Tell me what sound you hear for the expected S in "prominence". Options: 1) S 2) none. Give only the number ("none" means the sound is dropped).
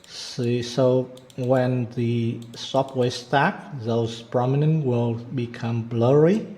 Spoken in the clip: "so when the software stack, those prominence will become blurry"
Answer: 2